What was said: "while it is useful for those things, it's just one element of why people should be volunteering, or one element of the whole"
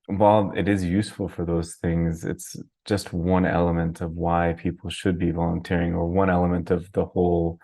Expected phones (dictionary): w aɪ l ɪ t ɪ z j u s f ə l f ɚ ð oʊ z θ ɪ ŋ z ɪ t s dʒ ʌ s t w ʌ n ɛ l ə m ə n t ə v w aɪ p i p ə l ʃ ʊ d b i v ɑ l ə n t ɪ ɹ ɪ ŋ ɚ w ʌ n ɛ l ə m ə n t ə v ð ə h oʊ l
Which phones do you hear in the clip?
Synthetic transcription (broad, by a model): w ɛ l ɪ t ɪ z j u s f l f ɚ ð oʊ z θ ɪ ŋ z ɪ t s dʒ ʌ s t w ʌ n ɛ l ə m ə n t ə v w aɪ p i p l ʃ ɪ d b i v ɑ l ə n t ɪ ɹ ɪ ŋ ɚ w ʌ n ɛ l ə m ə n t ə v ð ə h oʊ l